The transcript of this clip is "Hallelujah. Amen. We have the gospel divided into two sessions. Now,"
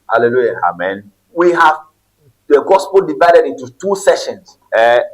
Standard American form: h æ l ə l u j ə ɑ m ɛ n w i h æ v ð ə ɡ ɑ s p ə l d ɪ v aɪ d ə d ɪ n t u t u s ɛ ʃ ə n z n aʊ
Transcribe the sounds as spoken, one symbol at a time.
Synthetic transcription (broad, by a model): h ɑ l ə l u j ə ɑ m ɛ n w i h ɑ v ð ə ɡ ɑ s p ə l d ɪ v aɪ d ə d ɪ n t u t u s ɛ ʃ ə n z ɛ